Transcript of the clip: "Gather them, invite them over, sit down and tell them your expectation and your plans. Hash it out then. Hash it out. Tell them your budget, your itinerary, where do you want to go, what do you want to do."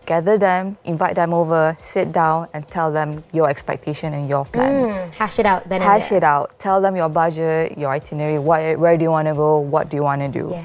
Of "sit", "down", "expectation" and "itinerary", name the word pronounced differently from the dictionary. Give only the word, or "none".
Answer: itinerary